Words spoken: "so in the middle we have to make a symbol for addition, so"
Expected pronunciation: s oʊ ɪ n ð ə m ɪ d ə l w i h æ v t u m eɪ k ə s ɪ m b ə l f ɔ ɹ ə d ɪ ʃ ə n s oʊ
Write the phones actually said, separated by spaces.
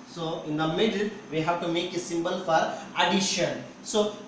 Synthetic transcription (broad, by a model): s oʊ ɪ n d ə m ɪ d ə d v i h æ v t u m eɪ k ə s ɪ m b ə l f ɔ ɹ ə d ɪ ʃ ə n s oʊ